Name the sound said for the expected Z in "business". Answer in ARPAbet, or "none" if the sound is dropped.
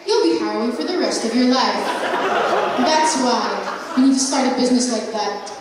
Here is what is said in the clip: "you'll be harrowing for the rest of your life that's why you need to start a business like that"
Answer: Z